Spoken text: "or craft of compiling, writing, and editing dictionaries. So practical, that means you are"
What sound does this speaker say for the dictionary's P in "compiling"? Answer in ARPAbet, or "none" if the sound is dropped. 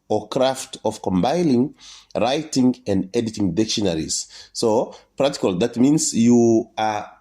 B